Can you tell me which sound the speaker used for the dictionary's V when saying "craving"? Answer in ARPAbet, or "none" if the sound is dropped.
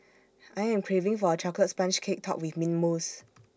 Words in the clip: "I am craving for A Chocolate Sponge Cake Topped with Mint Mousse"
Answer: V